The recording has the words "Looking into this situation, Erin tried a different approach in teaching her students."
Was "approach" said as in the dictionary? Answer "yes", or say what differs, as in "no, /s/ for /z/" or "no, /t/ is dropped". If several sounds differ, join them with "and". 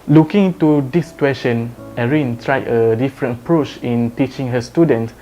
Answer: yes